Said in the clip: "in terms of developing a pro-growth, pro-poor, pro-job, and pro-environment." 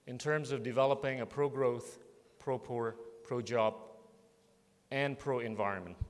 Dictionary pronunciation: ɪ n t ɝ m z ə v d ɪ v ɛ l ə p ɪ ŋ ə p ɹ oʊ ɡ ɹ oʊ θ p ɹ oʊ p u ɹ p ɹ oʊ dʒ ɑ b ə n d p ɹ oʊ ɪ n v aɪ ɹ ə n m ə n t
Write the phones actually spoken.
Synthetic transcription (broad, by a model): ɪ n t ɝ m z ə v d ɪ v ɛ l ə p ɪ ŋ ə p ɹ oʊ ɡ ɹ oʊ θ p ɹ oʊ p u ɹ p ɹ oʊ dʒ ɑ b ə n p ɹ oʊ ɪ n v aɪ ɹ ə n m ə n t